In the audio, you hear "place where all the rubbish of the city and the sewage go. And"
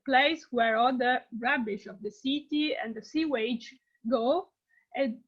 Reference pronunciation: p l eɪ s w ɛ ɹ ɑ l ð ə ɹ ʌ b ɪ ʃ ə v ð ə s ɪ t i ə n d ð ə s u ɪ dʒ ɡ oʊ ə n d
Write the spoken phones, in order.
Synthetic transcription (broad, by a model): p l eɪ s w ɛ ɹ ɑ l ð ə ɹ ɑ b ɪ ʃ ə v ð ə s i t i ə n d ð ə s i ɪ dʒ ɡ oʊ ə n